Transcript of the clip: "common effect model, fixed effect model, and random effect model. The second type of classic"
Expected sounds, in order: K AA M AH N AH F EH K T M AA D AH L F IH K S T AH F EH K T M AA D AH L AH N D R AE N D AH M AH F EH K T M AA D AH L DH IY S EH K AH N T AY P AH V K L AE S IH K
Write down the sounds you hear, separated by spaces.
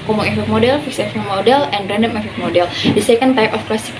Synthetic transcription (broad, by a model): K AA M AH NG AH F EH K M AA D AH L F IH K S AH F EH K M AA D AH L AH N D R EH N D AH M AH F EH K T M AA D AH L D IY S EH K AH N T AY P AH F K L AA S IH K